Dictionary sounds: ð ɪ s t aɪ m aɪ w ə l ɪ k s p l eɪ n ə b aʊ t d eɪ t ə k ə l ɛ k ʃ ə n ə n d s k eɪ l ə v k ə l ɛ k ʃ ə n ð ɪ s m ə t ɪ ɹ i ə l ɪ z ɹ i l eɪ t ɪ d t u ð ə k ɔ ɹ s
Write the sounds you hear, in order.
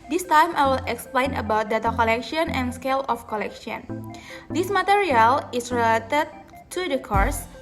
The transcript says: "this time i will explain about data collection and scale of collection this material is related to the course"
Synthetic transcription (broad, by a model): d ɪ s t aɪ m aɪ w ə l ɪ k s p l eɪ n ə b aʊ t d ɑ t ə k ə l ɛ k ʃ ə n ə n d s k eɪ l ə f k ə l ɛ k ʃ ə n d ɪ s m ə t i ɹ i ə l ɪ s ɹ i l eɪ t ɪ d t u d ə k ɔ ɹ s